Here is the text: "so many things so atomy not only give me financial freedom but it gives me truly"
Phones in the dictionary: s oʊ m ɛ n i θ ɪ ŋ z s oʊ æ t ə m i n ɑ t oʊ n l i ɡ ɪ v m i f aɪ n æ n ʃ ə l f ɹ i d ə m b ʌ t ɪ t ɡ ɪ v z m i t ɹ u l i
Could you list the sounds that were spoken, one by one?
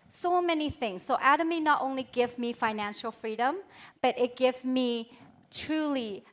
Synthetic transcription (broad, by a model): s oʊ m ɛ n i θ ɪ ŋ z s oʊ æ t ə m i n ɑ t oʊ n l i ɡ ɪ v m i f aɪ n æ n ʃ ə l f ɹ i d ə m b ʌ t ɪ t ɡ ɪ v m i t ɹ u l i